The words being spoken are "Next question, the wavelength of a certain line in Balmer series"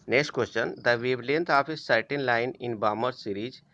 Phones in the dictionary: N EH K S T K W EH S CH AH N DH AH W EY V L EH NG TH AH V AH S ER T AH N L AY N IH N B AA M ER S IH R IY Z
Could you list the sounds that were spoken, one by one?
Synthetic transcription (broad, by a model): N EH K S T K W EH S CH AH N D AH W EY B L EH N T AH P AH S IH T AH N L AY N IH N B AA M ER S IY R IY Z